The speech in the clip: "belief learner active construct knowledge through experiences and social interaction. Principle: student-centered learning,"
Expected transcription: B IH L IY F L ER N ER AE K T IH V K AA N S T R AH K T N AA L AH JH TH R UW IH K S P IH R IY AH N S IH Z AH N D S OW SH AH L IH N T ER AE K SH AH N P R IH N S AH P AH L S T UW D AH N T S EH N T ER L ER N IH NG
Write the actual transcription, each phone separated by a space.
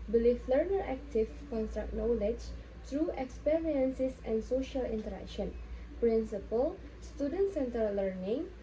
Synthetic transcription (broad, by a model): B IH L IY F L ER N ER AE K T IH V K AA N S T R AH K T N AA L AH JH T R UW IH K S P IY R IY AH N S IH S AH N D S OW SH AH L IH N T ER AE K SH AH N P R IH N S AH P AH L S T UW D AH N T S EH N T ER L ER N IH NG